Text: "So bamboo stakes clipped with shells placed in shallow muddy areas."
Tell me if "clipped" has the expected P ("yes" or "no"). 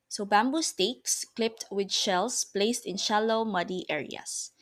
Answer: yes